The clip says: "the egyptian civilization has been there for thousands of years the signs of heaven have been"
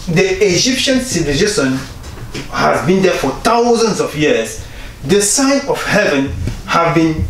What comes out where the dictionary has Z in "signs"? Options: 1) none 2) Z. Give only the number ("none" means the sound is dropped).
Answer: 1